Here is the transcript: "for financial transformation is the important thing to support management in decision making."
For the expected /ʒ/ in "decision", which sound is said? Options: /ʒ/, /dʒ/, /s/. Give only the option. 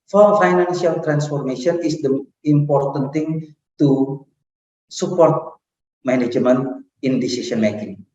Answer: /s/